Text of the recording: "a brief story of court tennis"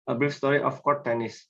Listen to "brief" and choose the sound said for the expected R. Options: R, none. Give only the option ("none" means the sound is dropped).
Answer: none